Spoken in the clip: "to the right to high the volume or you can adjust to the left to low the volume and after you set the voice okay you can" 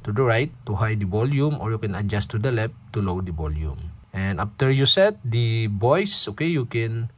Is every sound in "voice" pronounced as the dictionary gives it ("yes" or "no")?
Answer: no